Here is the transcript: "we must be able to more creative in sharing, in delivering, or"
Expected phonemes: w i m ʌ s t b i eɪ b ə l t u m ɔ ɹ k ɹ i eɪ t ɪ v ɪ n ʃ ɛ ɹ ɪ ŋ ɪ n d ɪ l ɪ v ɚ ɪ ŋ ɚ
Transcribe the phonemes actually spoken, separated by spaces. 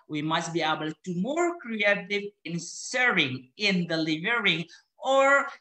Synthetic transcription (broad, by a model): w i m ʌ s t b i eɪ b ə l t u m ɔ ɹ k ɹ i eɪ t ɪ v ɪ n s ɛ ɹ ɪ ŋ ɪ n d ɪ l ɪ v ɚ ɪ ŋ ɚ